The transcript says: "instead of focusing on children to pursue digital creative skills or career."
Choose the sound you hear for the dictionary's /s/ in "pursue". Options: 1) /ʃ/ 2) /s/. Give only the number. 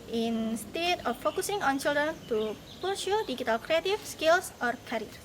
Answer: 1